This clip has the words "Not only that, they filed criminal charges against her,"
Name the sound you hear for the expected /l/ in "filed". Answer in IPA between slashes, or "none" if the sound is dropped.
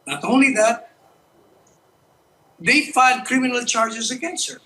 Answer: none